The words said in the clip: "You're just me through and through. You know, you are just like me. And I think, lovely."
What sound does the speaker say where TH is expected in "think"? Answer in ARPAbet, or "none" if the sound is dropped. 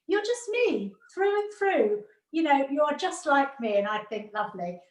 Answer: TH